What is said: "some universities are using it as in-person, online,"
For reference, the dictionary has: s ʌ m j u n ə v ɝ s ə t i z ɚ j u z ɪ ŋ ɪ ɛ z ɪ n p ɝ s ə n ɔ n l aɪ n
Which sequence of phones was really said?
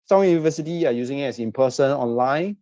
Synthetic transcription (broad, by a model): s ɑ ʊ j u n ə v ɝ s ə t i ɚ j u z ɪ ŋ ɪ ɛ s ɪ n p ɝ s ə n ɔ n l aɪ n